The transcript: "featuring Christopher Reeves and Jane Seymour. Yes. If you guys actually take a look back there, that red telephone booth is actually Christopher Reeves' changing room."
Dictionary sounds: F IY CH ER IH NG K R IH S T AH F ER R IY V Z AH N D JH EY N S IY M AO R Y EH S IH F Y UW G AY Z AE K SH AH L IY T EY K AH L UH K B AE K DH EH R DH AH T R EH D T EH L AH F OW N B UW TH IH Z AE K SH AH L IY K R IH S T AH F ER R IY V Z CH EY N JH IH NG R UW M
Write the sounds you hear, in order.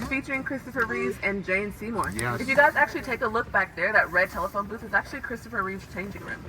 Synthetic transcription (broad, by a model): F IY CH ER IH NG K R IH S T AH F ER R IY Z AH N JH EY N S IY M AO R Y IH F Y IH G AY Z AE K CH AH L IY T EY K AH L UH K B AE K DH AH R DH AH T R EH D T EH L AH F OW N B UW T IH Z AE K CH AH L IY K R IH S T AH F ER R IY Z CH EY N JH IH NG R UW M